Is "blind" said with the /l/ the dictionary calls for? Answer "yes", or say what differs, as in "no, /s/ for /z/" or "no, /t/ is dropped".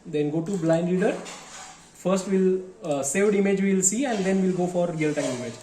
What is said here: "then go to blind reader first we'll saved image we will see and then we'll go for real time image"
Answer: yes